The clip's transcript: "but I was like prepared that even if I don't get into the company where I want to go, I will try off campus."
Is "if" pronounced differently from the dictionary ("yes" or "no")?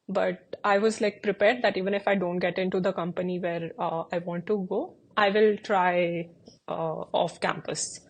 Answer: no